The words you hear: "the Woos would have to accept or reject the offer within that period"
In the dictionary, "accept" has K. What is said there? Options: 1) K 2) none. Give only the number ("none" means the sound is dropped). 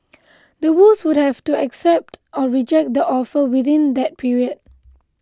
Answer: 1